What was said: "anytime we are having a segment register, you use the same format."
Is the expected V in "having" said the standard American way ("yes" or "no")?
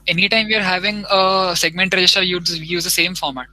yes